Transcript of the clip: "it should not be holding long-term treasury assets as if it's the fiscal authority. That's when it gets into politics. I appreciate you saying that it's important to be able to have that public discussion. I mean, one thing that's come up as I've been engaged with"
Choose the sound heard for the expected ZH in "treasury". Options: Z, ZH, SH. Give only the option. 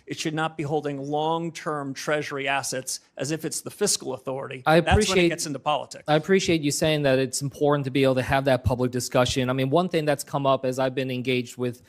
ZH